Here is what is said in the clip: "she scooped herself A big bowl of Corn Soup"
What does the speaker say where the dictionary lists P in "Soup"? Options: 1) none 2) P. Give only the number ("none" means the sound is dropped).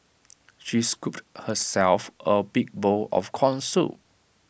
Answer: 1